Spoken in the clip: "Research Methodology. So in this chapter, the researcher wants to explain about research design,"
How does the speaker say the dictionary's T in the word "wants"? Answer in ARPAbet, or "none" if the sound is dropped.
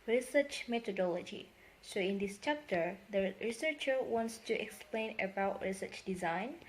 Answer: T